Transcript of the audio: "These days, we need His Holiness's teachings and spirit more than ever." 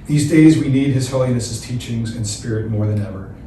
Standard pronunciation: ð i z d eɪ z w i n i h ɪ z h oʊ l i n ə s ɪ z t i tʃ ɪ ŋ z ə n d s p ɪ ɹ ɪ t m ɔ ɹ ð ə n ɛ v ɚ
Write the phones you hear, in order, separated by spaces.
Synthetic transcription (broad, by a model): ð i z d eɪ z w i n i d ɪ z h oʊ l i n ə s ɪ z t i tʃ ɪ ŋ z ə n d s p ɪ ɹ ɪ t m ɔ ɹ ð ə n ɛ v ɚ